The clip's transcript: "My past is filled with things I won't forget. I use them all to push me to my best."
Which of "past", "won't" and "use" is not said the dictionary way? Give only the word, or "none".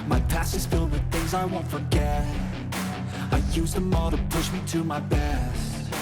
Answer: past